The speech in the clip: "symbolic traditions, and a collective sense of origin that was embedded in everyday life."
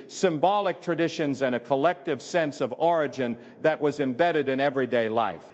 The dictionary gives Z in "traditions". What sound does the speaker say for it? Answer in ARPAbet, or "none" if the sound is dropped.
Z